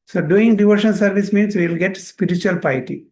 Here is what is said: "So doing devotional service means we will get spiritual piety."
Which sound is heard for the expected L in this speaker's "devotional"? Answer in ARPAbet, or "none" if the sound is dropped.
N